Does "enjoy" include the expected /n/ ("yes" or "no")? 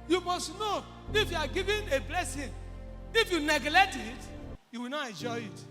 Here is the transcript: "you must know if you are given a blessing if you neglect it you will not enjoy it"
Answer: yes